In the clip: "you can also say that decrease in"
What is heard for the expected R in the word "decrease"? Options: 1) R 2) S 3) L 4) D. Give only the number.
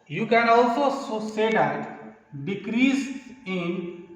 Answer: 1